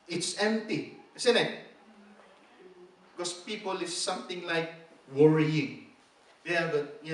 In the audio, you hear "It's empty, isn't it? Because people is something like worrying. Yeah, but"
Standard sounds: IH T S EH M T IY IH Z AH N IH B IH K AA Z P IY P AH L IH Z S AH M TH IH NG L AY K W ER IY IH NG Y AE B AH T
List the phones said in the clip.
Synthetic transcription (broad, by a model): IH T S EH M T IY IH S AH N IH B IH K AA S P IY P AH L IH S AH M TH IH NG L AY K W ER IY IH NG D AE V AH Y